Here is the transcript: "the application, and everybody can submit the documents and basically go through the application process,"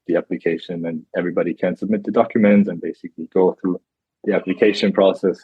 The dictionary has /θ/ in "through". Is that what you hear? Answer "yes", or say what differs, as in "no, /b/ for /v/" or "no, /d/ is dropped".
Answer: yes